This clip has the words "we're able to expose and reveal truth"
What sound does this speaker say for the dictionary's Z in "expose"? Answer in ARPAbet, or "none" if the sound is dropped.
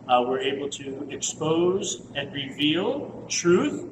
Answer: Z